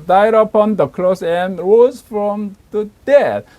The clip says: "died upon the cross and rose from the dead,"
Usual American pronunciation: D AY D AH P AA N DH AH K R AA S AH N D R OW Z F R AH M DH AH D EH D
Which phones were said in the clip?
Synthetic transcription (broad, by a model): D AY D AH P AA N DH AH K L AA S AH N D R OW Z F R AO M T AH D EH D